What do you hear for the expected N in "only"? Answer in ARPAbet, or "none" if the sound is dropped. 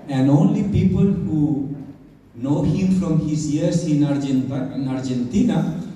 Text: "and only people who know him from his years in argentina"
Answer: N